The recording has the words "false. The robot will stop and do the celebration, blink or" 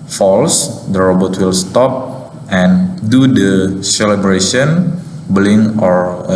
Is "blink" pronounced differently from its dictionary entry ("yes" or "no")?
yes